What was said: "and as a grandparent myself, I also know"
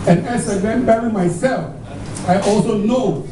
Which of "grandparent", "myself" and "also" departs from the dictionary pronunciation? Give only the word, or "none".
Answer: grandparent